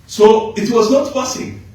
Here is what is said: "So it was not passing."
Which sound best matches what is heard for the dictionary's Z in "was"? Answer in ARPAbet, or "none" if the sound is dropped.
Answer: Z